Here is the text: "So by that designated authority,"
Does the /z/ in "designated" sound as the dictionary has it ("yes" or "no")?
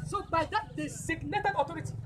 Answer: no